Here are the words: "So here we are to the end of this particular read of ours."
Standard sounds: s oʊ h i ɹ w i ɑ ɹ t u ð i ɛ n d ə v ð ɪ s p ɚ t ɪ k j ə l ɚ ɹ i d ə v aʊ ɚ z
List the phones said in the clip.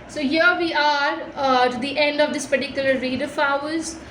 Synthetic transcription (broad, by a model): s oʊ h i ɹ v i ɑ ɹ t u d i ɛ n d ə v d ɪ s p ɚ t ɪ k j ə l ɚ ɹ i d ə f aʊ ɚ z